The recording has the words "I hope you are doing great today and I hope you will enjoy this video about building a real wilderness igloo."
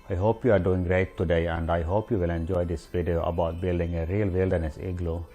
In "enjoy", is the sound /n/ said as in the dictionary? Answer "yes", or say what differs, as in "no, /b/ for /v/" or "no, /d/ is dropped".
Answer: yes